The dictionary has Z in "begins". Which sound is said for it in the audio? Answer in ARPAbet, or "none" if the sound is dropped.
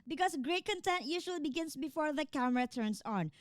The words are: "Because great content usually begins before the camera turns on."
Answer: S